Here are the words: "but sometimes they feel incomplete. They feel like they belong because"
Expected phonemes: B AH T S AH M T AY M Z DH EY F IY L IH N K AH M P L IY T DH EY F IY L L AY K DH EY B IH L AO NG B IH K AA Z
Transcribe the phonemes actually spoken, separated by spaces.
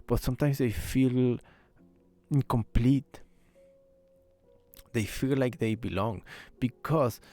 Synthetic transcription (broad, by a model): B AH T S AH M T AY M S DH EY F IY L IH N K AH M P L IY T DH EY F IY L L AY K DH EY B IH L AO NG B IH K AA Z